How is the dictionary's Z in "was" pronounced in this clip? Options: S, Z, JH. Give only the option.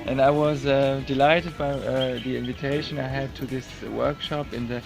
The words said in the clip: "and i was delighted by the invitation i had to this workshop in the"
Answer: Z